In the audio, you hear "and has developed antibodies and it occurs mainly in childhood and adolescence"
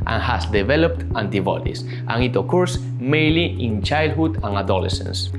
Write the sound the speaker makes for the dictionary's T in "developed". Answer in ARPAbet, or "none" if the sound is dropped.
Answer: T